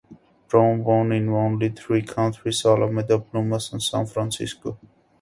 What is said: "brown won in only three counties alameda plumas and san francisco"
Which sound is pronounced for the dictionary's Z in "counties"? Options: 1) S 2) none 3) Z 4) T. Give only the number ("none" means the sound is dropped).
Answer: 1